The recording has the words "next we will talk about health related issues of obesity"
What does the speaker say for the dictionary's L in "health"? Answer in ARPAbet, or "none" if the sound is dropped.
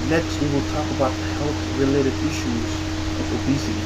L